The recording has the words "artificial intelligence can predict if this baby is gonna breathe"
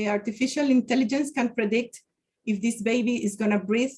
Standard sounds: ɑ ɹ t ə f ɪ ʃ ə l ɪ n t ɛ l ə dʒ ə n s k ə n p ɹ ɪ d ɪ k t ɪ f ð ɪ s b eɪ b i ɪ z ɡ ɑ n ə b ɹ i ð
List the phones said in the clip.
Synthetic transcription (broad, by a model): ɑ ɹ t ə f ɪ ʃ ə l ɪ n t ɛ l ə dʒ ə n s k ə n p ɹ ɪ d ɪ k t ɪ f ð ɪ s b eɪ b i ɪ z ɡ ɑ n ə b ɹ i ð